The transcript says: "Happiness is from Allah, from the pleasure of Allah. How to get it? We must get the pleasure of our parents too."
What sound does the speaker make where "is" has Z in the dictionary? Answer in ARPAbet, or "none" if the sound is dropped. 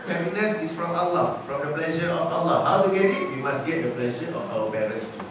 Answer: S